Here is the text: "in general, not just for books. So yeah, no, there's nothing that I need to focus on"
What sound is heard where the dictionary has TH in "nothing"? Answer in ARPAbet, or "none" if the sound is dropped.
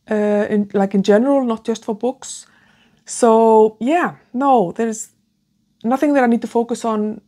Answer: TH